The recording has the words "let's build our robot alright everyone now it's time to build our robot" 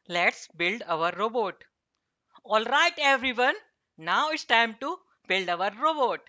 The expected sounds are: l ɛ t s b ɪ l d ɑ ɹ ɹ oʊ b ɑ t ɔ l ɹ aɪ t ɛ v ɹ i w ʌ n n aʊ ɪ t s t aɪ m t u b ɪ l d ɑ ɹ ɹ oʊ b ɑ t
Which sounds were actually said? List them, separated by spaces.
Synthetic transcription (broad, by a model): l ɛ t s b ɪ l d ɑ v ɹ oʊ b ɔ t ɔ l ɹ aɪ t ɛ v ɹ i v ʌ n n aʊ ɪ t s t aɪ m t u b ɪ l d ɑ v ɹ oʊ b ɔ t